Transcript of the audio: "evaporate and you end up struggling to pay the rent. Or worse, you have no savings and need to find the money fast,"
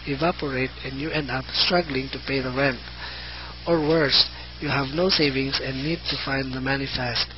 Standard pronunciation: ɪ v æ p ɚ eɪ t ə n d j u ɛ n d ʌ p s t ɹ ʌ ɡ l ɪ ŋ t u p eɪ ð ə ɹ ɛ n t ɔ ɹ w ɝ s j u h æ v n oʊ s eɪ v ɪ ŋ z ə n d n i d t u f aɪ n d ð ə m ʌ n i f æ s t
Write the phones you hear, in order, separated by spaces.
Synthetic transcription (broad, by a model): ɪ v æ p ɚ eɪ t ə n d j u ɛ n d ʌ p s t ɹ ʌ ɡ l ɪ ŋ t u p eɪ ð ə ɹ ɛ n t ɔ ɹ w ɝ s j u h æ v n oʊ s eɪ v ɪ ŋ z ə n n i d t u f aɪ n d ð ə m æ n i f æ s t